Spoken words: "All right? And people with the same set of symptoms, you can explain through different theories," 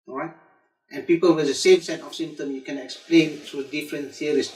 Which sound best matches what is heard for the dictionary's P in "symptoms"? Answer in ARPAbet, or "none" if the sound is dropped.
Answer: none